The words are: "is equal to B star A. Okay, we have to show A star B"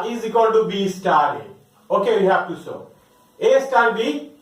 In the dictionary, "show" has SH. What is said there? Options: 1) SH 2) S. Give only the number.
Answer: 2